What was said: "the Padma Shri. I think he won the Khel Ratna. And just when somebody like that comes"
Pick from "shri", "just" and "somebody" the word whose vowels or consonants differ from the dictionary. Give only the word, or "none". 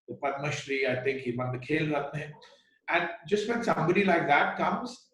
none